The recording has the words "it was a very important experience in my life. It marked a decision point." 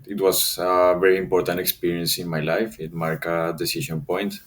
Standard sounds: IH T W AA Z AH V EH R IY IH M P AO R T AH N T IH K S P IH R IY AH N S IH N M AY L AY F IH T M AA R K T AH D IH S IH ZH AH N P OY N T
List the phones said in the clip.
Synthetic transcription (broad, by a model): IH T W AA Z AH V EH R IY IH M P AO R T AH N T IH K S P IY R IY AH N S IH N M AY L AY F IH T M AA R K AH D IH S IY SH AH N P OY N T